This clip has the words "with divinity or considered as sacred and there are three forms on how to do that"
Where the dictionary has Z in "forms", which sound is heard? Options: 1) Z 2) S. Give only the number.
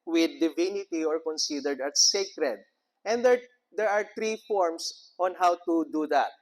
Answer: 2